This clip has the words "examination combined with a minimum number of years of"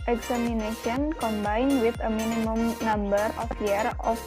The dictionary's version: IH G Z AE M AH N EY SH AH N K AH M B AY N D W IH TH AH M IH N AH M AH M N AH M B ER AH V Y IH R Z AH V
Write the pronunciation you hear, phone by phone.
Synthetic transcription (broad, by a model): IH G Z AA M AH N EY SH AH N K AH M B AY N W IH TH AH M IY N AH M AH M N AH M B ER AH F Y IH R AH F